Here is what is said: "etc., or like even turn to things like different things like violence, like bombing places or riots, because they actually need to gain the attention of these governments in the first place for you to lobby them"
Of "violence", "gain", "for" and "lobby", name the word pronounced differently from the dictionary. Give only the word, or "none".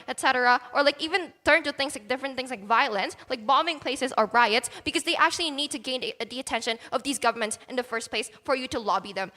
none